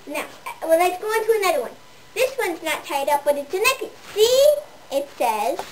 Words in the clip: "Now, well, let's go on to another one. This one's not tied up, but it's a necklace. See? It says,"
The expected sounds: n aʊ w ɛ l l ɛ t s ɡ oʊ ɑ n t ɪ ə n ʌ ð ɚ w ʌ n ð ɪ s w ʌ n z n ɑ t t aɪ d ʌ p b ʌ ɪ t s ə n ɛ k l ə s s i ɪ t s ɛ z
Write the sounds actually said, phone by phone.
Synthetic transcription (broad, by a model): n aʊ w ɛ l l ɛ t s ɡ oʊ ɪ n t ɪ ə n ʌ ð ɚ w ʌ n ð ɪ s w ʌ n z n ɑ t t aɪ d ʌ p b ʌ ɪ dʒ ə n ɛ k ə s s i ɪ t s ɛ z